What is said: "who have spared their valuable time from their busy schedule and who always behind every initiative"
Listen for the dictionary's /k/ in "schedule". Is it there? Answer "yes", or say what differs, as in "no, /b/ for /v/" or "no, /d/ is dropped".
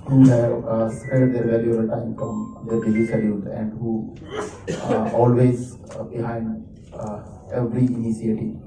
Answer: no, /k/ is dropped